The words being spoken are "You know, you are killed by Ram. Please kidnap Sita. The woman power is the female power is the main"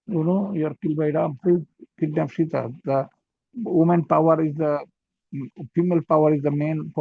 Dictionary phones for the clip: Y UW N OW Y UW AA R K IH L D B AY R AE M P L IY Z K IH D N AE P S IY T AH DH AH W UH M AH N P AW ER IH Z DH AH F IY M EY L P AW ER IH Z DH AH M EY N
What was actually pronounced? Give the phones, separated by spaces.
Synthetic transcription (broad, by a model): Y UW N OW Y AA R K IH L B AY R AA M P UW K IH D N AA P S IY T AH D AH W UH M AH N P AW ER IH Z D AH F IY M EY L P AW ER IH Z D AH M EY N